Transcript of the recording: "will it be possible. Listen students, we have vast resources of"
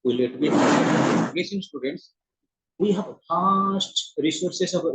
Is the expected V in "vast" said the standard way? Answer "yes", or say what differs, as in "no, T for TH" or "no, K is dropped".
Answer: no, P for V